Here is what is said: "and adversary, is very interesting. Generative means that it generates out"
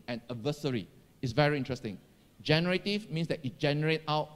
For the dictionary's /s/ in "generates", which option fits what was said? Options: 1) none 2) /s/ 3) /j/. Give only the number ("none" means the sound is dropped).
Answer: 1